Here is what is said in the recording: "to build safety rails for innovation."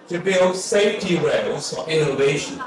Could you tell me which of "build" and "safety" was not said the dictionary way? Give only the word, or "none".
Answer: none